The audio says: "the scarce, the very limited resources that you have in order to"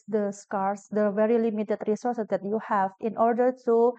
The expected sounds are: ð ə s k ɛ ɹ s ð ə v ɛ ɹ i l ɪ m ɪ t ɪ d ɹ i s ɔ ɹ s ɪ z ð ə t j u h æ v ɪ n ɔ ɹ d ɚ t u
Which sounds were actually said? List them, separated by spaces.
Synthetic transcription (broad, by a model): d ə s k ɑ ɹ s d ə v ɛ ɹ i l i m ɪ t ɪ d ɹ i s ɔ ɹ s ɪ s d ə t j u h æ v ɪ n ɔ ɹ d ɚ t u